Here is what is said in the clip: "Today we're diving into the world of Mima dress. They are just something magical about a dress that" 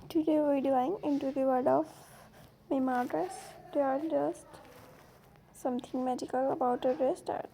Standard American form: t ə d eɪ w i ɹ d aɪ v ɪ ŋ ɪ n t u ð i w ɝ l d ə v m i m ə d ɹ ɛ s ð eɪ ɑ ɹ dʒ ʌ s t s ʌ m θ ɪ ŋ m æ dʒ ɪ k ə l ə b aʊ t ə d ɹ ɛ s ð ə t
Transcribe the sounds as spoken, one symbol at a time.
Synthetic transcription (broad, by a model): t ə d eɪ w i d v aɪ ɪ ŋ ɪ n t u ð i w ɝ d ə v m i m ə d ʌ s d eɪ ɑ ɹ dʒ ʌ s t s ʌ m t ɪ ŋ m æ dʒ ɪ k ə l ə b aʊ t ə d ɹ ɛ s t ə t